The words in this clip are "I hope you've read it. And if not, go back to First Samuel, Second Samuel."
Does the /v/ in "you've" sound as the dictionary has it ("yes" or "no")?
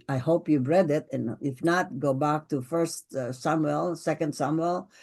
no